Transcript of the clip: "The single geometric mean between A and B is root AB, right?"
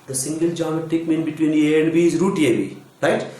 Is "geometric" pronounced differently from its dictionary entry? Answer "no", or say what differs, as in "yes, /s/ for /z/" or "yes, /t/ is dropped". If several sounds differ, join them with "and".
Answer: yes, /ɹ/ is dropped